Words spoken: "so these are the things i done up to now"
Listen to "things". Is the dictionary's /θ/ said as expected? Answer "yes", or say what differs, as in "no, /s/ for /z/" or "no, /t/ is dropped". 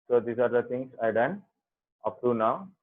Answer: no, /t/ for /θ/